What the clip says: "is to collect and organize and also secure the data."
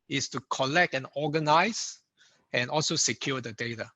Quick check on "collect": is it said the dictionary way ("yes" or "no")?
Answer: yes